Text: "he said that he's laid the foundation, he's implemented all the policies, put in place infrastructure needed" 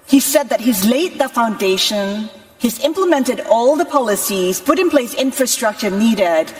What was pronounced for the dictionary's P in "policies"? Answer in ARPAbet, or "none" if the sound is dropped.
P